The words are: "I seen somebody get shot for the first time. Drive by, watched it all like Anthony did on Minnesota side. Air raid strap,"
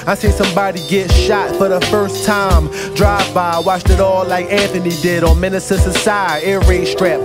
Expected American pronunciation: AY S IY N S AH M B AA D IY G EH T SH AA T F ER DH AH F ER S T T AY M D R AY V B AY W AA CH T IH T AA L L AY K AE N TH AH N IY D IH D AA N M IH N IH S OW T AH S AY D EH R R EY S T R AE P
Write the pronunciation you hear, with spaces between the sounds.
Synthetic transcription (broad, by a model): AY S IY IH S AH M B AA D IY G EH T SH AA T F ER DH AH F ER S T T AY M D R AY V B AY W AA CH T IH T AA L L AY K AE N TH AH N IY D IH D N M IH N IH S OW S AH S AY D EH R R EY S T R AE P